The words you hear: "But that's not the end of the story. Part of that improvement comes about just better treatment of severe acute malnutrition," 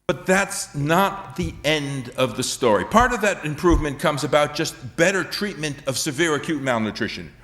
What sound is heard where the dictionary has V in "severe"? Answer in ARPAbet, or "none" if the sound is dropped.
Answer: V